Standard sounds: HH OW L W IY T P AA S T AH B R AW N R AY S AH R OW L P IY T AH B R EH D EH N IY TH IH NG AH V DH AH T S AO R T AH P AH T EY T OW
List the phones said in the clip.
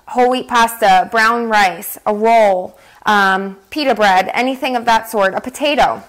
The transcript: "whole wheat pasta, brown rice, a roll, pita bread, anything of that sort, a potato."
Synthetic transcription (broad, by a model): HH OW L W IY T P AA S T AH B R AW N R AY S AH W OW L P IY T AH B R EH D EH N IY TH IH NG AH V DH AH T S AO R T AH P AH T EY T OW